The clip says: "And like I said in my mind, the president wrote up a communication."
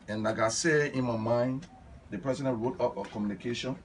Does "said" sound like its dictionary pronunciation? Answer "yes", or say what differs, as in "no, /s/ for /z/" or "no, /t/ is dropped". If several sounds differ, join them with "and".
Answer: no, /d/ is dropped